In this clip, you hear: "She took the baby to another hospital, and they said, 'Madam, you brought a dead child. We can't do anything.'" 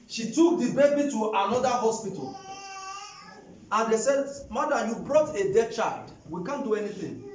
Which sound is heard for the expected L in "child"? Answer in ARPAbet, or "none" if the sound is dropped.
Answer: L